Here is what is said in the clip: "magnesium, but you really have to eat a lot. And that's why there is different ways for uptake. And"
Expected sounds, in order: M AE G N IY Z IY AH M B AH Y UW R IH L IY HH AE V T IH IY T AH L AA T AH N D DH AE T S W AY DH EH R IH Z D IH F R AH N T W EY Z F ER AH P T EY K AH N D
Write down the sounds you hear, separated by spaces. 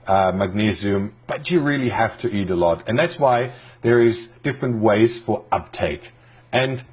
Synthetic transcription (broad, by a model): M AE G N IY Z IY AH M B AH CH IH R IH L IY HH AE F T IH IY T AH L AA T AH N DH AE T S W AY DH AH R IH Z D IH F R AH N T W EY Z F ER AH P T EY K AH N